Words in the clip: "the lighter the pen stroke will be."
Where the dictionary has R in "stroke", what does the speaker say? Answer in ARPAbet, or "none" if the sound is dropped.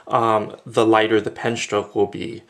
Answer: none